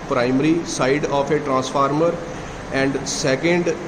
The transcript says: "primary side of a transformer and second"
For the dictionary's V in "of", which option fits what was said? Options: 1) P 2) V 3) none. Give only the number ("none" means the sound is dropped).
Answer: 1